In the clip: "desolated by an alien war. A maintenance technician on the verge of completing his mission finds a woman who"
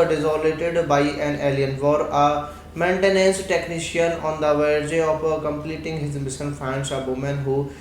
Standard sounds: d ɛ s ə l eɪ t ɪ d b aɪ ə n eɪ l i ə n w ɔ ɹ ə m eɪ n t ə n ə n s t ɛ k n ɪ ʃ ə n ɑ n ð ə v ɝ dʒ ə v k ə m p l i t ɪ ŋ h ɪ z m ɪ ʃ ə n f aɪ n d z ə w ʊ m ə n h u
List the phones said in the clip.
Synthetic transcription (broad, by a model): d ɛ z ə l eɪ t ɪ d b aɪ ə n eɪ l i ə n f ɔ ɹ ə m eɪ n t ə n ə n s t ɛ k n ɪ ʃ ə n ɑ n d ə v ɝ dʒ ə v k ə m p l i t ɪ ŋ h ɪ z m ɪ s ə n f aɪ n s ə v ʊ m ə n h u